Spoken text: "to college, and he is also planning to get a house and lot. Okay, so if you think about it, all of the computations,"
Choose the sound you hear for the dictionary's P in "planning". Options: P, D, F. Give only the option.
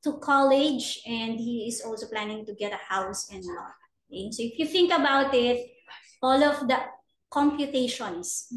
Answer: P